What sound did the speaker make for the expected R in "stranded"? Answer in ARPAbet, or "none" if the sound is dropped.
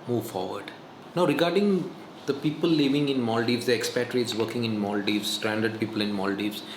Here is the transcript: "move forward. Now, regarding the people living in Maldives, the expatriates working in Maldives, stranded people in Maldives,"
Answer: R